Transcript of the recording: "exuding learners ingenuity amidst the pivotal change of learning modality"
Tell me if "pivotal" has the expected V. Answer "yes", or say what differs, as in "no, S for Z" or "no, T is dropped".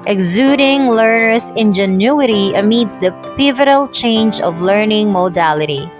yes